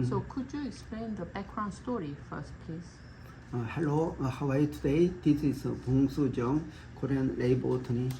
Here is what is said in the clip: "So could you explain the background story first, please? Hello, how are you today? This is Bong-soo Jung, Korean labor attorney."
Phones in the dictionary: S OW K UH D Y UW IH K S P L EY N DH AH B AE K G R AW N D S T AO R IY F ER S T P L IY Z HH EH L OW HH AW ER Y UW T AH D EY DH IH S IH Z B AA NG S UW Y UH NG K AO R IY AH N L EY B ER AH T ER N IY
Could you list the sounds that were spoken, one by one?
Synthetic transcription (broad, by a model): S OW K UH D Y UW IH K S P L EY N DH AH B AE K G R AW N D S T AO R IY F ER S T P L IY S HH EH L OW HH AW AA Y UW T AH D EY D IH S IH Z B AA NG S UW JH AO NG K AO R IY AH N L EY B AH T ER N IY